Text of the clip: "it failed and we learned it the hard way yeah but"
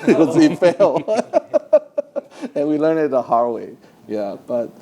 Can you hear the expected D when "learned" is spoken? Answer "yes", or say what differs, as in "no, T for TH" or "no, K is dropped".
no, D is dropped